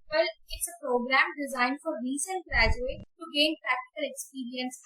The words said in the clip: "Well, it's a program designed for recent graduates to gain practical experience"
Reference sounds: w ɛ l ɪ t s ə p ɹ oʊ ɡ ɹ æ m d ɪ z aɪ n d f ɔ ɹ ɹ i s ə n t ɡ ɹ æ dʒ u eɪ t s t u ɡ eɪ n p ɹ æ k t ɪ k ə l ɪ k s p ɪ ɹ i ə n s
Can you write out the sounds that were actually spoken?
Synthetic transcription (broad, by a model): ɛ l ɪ t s ə p ɹ oʊ ɡ ɹ æ m d ɪ z aɪ n d f ɔ ɹ ɹ i s ə n t ɡ ɹ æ dʒ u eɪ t t u ɡ eɪ n p ɹ æ k t ɪ k ə l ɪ k s p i ɹ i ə n s